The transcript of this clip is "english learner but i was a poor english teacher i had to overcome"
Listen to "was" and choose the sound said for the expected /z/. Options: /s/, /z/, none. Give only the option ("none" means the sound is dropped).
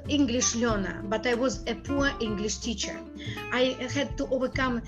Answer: /z/